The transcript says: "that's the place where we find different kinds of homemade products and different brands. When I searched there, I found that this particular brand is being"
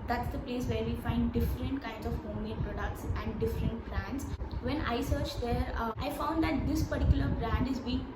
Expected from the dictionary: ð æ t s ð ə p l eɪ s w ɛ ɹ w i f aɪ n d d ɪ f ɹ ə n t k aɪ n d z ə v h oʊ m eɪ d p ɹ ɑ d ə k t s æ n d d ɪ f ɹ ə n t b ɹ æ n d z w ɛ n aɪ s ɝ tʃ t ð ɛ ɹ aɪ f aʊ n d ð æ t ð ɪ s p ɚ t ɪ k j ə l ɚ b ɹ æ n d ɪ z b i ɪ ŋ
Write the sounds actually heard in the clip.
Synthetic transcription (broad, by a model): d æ t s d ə p l eɪ s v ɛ ɹ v i f aɪ n d d ɪ f ɹ ə n t k aɪ n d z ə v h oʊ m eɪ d p ɹ ɑ d ə k t s æ n d d ɪ f ɹ ə n t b ɹ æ n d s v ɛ n aɪ s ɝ tʃ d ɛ ɹ aɪ f aʊ n d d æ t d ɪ s p ɚ t ɪ k j ə l ɚ b ɹ æ n d ɪ z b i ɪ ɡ